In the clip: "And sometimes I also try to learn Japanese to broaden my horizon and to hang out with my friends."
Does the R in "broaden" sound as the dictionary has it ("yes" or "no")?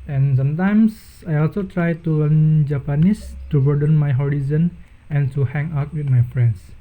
no